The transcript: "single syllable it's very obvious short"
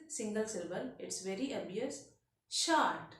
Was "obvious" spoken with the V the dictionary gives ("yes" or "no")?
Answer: no